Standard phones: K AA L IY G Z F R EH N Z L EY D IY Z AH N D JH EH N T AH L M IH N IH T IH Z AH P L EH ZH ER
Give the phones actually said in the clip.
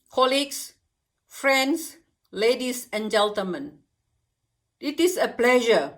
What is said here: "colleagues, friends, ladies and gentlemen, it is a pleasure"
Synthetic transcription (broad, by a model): K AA L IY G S F R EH N S L EY D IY S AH N JH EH N T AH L M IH N IH T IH S AH P L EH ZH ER